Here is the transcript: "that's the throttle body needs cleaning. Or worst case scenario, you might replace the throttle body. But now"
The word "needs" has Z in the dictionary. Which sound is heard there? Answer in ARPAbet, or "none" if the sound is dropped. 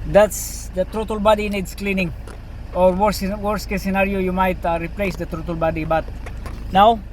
S